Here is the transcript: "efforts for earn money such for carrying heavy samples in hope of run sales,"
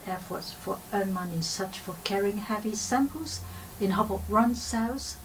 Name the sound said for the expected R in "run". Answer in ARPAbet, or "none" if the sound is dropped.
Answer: R